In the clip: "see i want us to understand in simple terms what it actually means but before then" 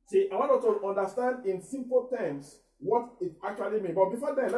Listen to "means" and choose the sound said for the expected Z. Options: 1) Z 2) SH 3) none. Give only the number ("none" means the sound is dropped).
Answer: 3